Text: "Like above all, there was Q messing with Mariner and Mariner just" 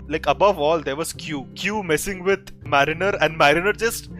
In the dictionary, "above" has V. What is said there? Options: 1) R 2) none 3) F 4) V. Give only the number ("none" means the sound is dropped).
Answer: 4